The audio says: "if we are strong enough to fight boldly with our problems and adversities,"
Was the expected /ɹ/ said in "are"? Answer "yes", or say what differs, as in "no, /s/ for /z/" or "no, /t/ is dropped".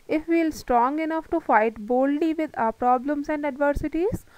no, /l/ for /ɹ/